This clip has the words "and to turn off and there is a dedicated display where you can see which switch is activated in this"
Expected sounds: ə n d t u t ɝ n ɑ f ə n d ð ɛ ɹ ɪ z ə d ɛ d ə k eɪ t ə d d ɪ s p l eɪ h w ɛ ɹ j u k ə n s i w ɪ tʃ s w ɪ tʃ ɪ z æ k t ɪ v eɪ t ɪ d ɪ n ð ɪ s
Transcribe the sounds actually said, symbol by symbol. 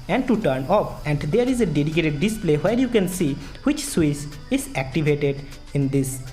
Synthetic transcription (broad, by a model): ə n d t u t ɝ n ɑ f ə n d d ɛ ɹ ɪ z ə d ɛ d ə k eɪ t ə d d ɪ s p l eɪ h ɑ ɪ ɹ j u k ə n s i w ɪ tʃ s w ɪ s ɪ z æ k t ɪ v eɪ t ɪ d ɪ n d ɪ s